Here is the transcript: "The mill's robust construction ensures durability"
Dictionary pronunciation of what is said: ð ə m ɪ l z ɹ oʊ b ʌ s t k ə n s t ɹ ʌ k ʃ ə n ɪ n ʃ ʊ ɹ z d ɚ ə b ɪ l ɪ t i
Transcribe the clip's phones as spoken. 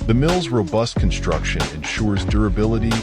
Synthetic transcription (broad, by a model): ð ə m ɪ l z ɹ oʊ b ʌ s t k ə n s t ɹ ʌ k ʃ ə n ɪ n ʃ ʊ ɹ z d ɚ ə b ɪ l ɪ t i